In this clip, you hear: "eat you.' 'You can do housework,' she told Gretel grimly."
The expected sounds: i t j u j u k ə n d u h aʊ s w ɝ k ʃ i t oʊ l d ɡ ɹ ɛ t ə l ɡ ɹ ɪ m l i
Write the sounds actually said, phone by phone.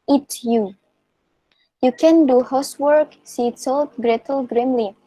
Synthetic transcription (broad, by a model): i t j u j u k ə n d u h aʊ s w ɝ k s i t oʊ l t ɡ ɹ ɛ t ə l ɡ ɹ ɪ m l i